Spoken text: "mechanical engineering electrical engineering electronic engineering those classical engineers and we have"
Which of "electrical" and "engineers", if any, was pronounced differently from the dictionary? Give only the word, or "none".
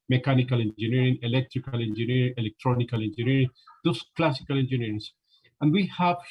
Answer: engineers